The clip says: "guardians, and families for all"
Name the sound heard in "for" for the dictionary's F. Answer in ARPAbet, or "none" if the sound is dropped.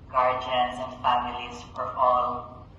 P